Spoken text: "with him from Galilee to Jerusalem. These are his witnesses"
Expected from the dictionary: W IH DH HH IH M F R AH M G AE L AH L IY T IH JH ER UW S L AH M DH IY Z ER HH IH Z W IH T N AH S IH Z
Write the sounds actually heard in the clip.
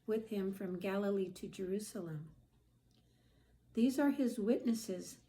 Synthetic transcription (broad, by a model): W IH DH HH IH M F R AH M G AE L AH L IY T IH JH ER UW S L AH M DH IY Z ER IH Z W IH T N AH S IH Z